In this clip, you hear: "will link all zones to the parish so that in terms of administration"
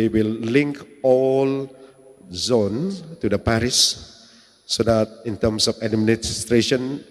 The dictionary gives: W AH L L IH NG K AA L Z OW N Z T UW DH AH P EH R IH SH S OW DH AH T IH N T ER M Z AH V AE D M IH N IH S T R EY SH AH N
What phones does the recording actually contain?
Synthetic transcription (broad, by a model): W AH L L IH NG K AA L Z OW N T UW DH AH P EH R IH S OW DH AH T IH N T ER M S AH F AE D M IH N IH S T R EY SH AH N